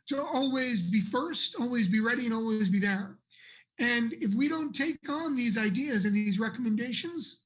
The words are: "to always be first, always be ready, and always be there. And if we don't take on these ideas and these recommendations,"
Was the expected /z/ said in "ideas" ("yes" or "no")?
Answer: yes